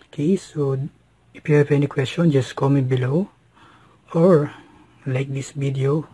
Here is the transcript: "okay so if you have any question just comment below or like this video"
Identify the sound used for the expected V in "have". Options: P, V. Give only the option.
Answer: P